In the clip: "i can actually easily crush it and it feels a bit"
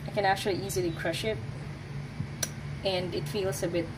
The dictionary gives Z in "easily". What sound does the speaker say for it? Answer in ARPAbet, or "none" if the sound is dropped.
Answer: Z